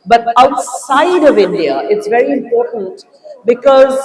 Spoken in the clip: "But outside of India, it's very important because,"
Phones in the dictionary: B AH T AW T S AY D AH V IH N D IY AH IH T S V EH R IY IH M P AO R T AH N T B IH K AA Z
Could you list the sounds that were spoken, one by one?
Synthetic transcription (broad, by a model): B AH T AW T S AY D AH V IH N D IY AH IH T S V EH R IY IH M P AO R T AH N T B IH K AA Z